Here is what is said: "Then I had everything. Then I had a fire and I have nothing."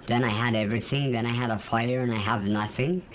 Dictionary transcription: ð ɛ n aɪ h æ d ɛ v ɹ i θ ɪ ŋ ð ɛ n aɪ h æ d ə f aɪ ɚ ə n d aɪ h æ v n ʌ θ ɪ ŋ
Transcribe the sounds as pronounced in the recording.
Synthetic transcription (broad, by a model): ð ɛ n aɪ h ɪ d ɛ v ɹ i θ ɪ ŋ ð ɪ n aɪ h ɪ d ə f aɪ ɚ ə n aɪ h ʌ v n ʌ θ ɪ ŋ